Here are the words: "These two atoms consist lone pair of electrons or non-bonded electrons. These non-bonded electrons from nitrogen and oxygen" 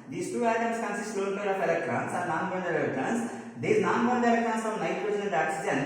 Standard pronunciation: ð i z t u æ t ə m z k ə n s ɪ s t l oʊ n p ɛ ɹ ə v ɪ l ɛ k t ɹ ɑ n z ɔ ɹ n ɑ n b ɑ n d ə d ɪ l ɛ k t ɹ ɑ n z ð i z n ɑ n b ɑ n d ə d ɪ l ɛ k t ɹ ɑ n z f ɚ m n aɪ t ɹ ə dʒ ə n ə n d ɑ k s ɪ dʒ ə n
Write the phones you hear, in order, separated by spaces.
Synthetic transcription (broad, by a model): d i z t u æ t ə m s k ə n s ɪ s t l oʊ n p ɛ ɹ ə f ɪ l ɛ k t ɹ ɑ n s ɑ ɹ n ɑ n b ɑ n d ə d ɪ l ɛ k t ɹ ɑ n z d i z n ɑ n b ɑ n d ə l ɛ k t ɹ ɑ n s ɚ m n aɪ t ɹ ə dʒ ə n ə l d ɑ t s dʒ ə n